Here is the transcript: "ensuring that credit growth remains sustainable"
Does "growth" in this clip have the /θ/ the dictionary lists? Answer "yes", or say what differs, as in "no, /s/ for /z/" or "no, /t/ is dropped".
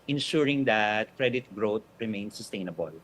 no, /t/ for /θ/